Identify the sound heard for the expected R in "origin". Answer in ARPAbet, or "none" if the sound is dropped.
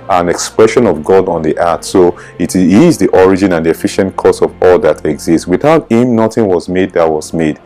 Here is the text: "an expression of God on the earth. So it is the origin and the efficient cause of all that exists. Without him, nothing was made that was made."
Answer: R